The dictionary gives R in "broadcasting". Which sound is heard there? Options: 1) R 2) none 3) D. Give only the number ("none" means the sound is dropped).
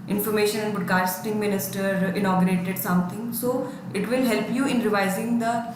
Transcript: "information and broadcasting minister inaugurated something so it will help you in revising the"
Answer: 2